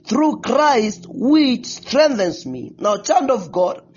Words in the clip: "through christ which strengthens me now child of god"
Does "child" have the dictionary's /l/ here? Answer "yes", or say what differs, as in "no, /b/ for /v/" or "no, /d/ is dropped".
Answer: no, /n/ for /l/